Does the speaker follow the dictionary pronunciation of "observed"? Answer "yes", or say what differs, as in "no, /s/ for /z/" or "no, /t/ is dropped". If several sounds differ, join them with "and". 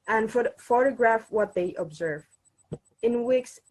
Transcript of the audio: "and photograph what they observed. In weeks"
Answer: no, /d/ is dropped